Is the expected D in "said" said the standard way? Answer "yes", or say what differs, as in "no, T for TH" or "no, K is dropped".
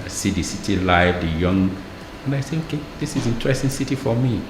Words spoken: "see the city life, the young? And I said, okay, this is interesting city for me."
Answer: no, D is dropped